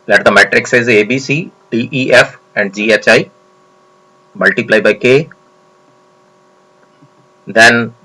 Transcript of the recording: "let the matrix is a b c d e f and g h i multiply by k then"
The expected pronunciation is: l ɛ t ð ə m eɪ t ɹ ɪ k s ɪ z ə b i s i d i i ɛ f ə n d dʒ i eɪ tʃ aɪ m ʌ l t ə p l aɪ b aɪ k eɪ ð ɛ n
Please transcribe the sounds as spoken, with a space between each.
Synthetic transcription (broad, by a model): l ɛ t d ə m eɪ t ɹ ɪ k s ɪ z ə b i s i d i i ɛ f ə n d dʒ i eɪ tʃ aɪ m ʌ l t ə p l aɪ b aɪ k eɪ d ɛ n